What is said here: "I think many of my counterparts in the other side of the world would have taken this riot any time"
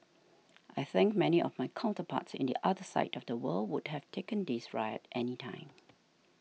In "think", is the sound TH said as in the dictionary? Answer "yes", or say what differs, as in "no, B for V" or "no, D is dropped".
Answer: yes